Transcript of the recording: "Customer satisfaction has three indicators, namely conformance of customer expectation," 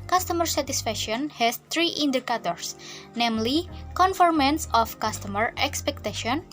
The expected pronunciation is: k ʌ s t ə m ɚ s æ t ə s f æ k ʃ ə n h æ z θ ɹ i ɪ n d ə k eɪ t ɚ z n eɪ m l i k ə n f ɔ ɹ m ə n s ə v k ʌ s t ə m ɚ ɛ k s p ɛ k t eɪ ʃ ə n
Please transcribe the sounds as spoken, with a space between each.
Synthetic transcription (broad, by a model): k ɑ s t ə m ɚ s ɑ t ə s f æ k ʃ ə n h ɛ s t ɹ i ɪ n d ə k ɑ t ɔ s n eɪ m l i k ə n f ɔ ɹ m ə n s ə f k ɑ s t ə m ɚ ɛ k s p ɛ k t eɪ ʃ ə n